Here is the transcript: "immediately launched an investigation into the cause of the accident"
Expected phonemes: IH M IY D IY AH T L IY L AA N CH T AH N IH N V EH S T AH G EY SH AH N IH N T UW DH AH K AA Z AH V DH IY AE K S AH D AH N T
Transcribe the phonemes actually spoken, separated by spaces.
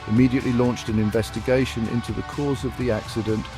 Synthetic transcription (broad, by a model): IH M IY D IY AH T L IY L AA N CH T AH N IH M V EH S T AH G EY SH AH N IH N T UW DH AH K AA Z AH V DH IY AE K S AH D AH N T